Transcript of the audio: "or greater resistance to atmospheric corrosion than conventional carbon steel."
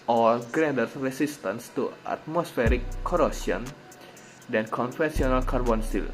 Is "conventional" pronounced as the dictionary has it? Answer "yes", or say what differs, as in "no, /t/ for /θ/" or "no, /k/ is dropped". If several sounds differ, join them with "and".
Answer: no, /f/ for /v/ and /s/ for /ʃ/